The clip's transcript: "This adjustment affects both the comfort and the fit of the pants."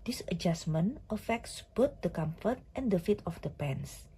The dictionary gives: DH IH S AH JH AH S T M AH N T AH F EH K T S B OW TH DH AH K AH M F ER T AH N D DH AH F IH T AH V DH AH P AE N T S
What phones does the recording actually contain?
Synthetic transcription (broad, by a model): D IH S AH JH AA S M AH N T AH F EH K T S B OW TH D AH K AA M F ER T AH N D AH F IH T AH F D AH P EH N S